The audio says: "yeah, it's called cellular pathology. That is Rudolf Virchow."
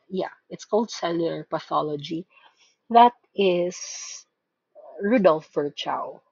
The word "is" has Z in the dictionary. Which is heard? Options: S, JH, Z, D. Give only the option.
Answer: S